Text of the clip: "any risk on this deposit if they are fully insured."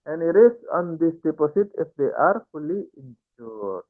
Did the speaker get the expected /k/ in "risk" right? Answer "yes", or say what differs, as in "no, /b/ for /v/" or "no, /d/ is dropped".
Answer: no, /k/ is dropped